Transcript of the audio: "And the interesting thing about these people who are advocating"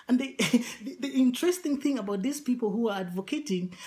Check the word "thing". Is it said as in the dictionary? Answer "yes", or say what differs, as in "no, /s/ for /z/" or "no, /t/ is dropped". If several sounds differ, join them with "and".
yes